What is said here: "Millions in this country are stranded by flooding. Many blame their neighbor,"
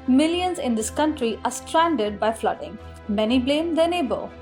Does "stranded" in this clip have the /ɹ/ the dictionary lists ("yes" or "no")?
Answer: yes